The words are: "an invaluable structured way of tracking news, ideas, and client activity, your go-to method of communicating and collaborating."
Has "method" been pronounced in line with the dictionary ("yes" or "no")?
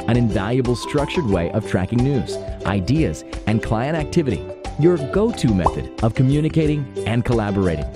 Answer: yes